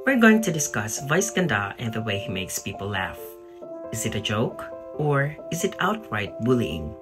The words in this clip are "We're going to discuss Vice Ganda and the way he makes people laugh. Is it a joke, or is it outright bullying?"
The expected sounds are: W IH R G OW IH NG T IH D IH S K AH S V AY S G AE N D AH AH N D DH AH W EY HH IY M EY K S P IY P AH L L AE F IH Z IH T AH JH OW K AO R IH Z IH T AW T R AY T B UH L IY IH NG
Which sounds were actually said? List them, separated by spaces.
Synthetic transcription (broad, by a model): W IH R G OW IH NG T IH D IH S K AH S V AY S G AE N D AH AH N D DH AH W EY HH IY M EY K S P IY P AH L L AE F IH Z IH T AH JH OW K AO R IH Z IH T AW T R AY T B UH L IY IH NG